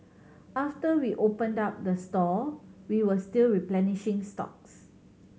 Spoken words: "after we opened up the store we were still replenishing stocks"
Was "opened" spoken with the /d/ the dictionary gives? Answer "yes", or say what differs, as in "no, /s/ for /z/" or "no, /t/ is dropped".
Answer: yes